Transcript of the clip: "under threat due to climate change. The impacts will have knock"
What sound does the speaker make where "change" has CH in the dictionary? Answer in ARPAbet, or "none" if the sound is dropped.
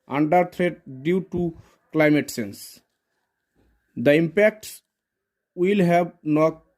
S